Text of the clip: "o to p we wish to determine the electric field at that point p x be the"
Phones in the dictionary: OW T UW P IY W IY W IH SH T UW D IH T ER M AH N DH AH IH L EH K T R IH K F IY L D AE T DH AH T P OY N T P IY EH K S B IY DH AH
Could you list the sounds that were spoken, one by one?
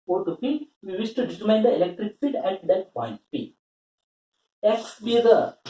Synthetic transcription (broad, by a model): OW T UW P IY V IY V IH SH T UW D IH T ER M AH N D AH IH L EH K T R IH K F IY D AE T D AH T P OY N T P IY EH K S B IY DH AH